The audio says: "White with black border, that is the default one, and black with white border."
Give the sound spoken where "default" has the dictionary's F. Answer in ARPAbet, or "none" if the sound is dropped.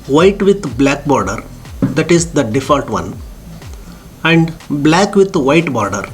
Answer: F